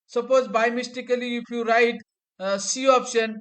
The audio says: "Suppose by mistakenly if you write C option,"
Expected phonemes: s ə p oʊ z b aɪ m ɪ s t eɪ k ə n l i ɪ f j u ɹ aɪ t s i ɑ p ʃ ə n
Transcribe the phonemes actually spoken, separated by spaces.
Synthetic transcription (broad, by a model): s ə p oʊ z b aɪ m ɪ s t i k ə l i ɪ f j u ɹ aɪ t s i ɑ p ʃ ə n